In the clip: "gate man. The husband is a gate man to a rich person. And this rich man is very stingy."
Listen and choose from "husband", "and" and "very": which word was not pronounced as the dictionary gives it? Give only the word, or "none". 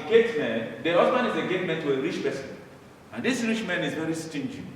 husband